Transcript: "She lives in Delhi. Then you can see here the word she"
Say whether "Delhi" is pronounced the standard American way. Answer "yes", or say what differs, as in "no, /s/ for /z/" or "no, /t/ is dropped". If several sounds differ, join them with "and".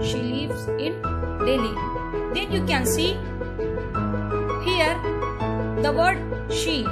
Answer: yes